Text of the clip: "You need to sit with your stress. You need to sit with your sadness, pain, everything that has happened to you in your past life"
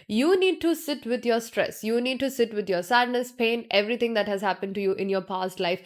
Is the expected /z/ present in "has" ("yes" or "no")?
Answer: yes